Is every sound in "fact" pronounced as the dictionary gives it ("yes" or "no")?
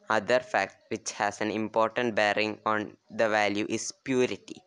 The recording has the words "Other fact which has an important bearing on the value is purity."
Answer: yes